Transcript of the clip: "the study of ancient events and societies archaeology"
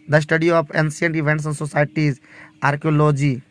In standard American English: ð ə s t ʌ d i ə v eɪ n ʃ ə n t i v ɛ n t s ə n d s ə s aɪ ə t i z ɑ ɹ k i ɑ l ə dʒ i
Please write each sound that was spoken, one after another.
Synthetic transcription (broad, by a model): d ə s t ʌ d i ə p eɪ n s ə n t i v ɛ n t s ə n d s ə s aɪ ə t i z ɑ ɹ k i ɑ l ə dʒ i